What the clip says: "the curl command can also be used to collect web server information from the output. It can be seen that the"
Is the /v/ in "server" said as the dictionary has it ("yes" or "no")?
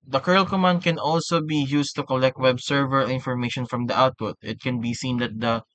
yes